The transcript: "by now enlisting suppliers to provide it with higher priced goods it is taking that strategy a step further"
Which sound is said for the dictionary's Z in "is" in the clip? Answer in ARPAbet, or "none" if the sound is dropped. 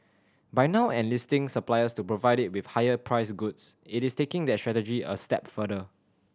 S